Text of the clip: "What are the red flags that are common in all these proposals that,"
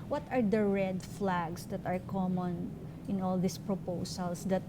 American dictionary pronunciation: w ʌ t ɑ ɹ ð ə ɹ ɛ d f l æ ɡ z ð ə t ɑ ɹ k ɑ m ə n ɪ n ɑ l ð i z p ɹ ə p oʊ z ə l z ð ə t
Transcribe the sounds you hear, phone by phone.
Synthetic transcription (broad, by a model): w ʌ t ɑ ɹ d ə ɹ ɛ d f l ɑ ɡ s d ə t ɑ ɹ k ɑ m ə n ɪ n ɑ l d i s p ɹ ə p oʊ s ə l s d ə t